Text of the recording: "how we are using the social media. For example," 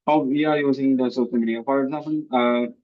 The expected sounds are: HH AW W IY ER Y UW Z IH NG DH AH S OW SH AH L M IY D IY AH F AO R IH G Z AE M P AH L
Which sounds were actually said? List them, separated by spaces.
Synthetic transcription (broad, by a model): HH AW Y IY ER Y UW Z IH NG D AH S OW S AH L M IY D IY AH F AO R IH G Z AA M P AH L